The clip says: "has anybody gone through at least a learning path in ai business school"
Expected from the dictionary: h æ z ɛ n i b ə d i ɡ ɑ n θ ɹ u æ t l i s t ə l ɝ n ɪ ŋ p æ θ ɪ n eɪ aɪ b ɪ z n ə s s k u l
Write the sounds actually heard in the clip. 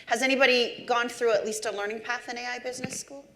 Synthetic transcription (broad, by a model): h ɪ z ɛ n i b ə d i ɡ ɑ n θ ɹ u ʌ t l i s t ə l ɝ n ɪ ŋ p æ θ ɪ n eɪ aɪ b ɪ z n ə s s k u l